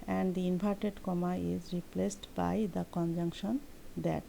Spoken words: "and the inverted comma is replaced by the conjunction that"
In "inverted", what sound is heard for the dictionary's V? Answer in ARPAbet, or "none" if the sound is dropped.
P